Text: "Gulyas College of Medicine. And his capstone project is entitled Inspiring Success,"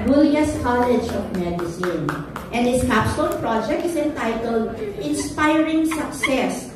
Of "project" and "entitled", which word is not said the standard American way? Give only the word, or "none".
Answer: none